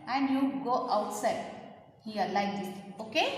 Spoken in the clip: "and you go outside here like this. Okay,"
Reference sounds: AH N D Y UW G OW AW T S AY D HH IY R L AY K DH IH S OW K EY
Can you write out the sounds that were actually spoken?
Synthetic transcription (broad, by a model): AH N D Y UW G OW AW T S AY D HH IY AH L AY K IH OW K EY